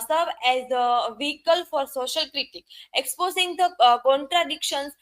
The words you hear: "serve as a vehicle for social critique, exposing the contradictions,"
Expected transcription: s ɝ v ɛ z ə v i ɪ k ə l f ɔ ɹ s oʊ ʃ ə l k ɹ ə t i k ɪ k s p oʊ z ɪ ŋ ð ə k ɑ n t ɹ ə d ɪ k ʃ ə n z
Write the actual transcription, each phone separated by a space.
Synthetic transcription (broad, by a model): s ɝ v ɛ z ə v i ɪ k ə l f ɔ ɹ s oʊ ʃ ə l k ɹ ə t i k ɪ k s p oʊ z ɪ ŋ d ə k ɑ n t ɹ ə d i k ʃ ə n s